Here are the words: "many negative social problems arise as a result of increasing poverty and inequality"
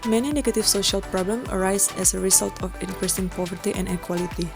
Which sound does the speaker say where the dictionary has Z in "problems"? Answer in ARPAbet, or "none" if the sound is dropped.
none